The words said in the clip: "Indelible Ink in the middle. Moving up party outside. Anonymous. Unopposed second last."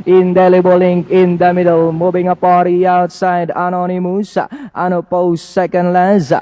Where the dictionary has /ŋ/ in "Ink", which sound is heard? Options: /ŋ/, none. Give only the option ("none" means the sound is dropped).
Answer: /ŋ/